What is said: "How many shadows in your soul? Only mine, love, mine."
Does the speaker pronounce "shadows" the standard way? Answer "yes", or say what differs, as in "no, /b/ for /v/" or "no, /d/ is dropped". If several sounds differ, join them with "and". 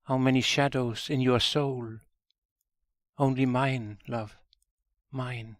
yes